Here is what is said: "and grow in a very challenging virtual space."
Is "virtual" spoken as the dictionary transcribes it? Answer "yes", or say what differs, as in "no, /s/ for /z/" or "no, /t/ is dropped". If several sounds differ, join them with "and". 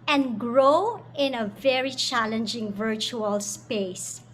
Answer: yes